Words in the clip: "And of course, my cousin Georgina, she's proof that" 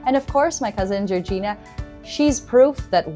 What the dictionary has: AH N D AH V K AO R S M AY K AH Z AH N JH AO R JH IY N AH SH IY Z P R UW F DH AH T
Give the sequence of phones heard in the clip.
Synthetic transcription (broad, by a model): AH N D AH V K AO R S M AY K AH Z AH N JH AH R JH IY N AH SH IY Z P R UW F DH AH T